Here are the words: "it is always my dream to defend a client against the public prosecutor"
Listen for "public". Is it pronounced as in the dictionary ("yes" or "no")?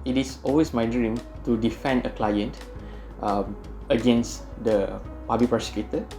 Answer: no